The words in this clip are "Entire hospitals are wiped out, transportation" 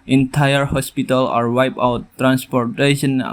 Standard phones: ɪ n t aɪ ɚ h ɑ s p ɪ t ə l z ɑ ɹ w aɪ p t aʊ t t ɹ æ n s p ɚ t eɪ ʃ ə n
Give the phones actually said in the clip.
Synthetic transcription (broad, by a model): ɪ n t aɪ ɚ h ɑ s p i t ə l ɑ ɹ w aɪ p aʊ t t ɹ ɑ n s p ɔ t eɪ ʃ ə n